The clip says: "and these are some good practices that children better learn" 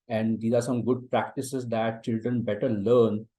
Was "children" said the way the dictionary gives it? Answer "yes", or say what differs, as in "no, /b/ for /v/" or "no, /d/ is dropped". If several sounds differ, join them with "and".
yes